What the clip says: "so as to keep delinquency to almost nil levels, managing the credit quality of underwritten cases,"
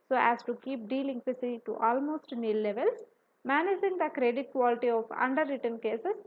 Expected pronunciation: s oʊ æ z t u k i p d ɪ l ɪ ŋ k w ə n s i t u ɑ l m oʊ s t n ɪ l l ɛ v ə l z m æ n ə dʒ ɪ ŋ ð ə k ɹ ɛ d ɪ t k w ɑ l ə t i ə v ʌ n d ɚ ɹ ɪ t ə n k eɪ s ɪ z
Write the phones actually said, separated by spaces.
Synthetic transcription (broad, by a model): s oʊ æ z t u k i p d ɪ l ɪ ŋ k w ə s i t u ɑ l m oʊ s t n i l l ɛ v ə l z m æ n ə dʒ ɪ ŋ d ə k ɹ ɛ d ɪ t k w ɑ l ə t i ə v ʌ n d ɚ ɹ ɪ t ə n k eɪ s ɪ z